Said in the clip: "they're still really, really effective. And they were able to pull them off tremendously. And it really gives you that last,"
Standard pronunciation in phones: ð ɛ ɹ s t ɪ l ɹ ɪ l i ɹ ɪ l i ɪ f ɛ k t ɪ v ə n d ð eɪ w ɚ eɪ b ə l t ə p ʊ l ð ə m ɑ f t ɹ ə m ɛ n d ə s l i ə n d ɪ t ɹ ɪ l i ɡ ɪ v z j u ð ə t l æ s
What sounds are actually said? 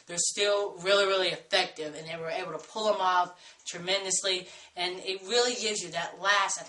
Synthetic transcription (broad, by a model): ð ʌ ɹ s t ɪ l ɹ ɪ l i ɹ ɪ l i ɪ f ɛ k t ɪ v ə n ð eɪ w ɚ eɪ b l t ə p ʊ l ð ə m ɑ f t ɹ ə m ɛ n d ə s l i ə n ɪ t ɹ ɪ l i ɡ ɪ z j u ð ə t l æ s